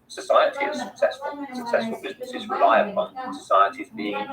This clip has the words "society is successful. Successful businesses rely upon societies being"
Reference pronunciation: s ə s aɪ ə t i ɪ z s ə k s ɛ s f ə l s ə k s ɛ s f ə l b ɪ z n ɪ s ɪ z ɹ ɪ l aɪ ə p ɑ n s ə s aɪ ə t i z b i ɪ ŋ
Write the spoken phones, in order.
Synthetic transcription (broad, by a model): s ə s aɪ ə t i ɪ z s ə k s ɛ s f ə l s ə k s ɛ s f ə l b ɪ z n ɪ s ɪ z ɹ ɪ l aɪ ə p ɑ n s ə s aɪ ə t i z b i ɪ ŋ